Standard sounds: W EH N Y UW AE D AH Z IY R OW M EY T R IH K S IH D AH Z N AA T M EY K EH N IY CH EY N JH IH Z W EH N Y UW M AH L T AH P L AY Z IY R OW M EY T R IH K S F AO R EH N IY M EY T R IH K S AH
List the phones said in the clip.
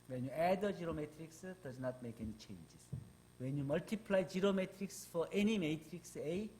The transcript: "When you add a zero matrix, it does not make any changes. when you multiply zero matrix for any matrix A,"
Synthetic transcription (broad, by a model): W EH N Y UW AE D AH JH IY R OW M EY T R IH K S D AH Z N AA T M EY K EH N IY CH EY N JH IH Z W EH N Y UW M AH L T AH P L AY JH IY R OW M EY T R IH K S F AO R EH N IY M EY T R IH K S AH